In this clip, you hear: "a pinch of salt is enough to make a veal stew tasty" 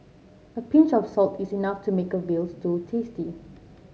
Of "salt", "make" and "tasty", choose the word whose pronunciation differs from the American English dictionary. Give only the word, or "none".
none